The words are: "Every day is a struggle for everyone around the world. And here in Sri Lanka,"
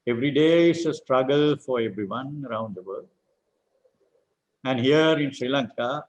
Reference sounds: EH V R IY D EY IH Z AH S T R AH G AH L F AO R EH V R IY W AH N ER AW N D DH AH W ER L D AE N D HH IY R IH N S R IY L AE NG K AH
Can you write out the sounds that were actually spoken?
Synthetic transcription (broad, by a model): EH V R IY D EY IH S AH S T R AH G AH L F AO R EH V R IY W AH N ER AW N D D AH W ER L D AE N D HH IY R IH N S R IY L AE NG K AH